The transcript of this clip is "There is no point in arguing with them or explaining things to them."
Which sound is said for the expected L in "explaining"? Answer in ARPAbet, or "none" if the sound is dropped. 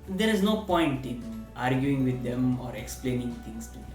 L